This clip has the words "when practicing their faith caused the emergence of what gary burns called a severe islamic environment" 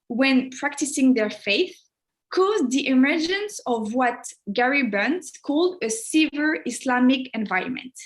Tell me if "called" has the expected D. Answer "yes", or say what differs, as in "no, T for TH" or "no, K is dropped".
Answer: yes